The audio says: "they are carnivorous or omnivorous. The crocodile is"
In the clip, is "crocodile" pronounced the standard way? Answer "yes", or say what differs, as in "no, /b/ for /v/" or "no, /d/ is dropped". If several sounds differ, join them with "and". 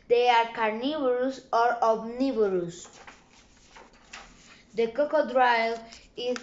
no, /ɹ/ is dropped